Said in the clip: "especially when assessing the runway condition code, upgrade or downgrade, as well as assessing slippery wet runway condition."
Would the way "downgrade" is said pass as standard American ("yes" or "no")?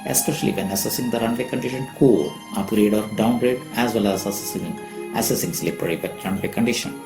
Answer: yes